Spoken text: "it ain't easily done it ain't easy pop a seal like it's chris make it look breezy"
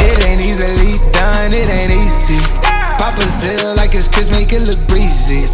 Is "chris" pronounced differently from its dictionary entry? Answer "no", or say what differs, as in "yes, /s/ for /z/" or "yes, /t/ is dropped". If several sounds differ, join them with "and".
yes, /ɹ/ is dropped